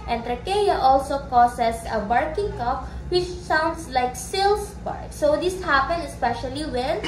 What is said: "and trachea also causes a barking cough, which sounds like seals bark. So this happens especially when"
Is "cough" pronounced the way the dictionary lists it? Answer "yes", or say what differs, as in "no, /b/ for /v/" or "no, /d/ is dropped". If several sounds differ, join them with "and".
no, /p/ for /f/